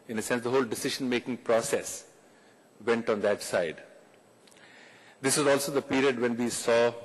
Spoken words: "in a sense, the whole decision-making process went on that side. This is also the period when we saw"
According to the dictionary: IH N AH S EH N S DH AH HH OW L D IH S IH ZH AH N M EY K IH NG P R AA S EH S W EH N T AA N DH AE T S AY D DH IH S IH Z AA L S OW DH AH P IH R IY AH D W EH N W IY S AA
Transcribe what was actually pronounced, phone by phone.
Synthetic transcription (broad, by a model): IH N AH S EH N S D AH HH OW L D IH S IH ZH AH N M EY K IH NG P R AA S EH S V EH N T AA N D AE T S AY D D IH S IH Z AA L S OW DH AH P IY R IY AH D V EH N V IY S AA